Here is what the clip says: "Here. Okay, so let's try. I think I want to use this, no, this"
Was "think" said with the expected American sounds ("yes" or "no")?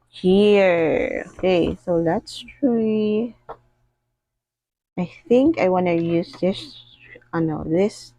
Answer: yes